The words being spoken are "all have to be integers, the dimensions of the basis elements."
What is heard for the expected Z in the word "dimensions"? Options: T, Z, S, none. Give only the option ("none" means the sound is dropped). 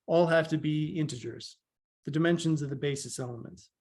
Z